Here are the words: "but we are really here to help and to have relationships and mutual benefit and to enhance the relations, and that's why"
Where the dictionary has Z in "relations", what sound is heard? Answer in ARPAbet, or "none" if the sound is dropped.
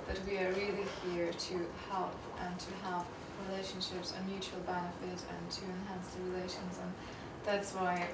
Z